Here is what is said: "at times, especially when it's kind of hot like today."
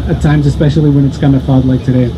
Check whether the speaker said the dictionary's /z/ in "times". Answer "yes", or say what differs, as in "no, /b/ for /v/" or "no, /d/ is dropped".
yes